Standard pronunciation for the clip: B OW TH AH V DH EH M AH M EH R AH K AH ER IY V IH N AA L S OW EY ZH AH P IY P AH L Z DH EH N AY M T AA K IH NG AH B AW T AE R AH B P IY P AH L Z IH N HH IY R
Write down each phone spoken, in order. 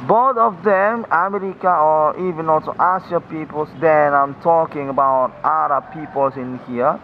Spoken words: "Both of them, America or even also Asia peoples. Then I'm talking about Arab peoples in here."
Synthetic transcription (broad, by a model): B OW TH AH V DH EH M AH M EH R AH K AH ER IY V IH N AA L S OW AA S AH P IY P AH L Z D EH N AY M T AA K IH NG AH B AW T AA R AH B P IY P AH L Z IH N HH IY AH